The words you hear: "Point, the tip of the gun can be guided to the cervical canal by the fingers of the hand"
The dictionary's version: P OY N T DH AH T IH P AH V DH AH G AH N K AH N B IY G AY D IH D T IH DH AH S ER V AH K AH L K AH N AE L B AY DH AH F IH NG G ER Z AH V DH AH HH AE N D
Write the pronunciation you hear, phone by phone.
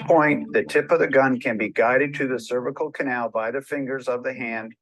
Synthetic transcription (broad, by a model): P OY N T DH AH T IH P AH V DH AH G AH N K AH N B IY G AY D IH D T IH DH AH S ER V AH K L K AH N AE L B AY DH AH F IH NG G ER Z AH V DH AH HH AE N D